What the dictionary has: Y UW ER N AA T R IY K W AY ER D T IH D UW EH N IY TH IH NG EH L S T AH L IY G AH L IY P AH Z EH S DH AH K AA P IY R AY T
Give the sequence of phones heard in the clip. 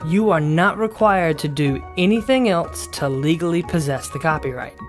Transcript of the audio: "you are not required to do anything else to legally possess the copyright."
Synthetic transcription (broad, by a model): Y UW ER N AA T R IY K W AY ER D T IH D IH EH N IY TH IH NG EH L S T AH L IY G L IY P AH Z EH S DH AH K AA P IY R AY T